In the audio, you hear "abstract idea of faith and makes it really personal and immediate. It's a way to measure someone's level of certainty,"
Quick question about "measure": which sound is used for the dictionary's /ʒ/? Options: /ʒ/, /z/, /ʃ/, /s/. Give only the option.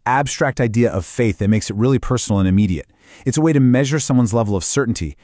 /ʒ/